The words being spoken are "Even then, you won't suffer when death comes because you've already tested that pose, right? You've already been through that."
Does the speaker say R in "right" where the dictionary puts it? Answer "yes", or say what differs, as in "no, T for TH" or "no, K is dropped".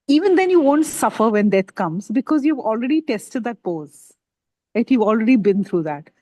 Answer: no, L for R